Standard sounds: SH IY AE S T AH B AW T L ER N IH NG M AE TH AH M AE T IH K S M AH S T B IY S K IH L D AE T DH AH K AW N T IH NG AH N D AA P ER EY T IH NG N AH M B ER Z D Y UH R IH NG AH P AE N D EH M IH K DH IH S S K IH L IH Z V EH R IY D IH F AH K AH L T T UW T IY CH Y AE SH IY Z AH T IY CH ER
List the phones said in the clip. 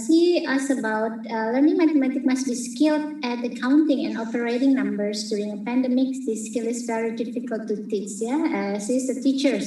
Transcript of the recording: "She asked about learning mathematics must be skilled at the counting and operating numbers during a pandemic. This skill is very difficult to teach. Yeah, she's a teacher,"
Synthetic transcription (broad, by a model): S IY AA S AH B AW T L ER N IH NG M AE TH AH M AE T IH K M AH S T B IY S K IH L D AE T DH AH K AW N T IH NG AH N AA P ER EY T IH NG N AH M B ER S D Y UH R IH NG AH P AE N D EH M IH K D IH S S K IH L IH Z V EH R IY D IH F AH K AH L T T UW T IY S Y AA S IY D AH T IY CH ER